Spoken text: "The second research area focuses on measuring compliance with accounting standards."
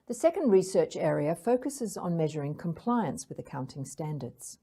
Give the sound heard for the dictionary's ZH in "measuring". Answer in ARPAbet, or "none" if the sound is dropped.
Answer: ZH